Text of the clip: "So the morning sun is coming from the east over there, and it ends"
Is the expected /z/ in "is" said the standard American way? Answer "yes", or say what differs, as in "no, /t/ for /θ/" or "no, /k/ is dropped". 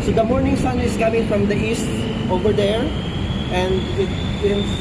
no, /s/ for /z/